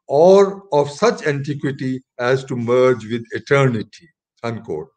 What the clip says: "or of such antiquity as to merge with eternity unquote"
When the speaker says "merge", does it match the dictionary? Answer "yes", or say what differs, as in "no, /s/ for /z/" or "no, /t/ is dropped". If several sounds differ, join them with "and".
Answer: yes